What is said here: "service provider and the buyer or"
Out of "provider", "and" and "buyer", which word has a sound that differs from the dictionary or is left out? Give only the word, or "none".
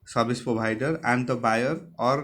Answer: provider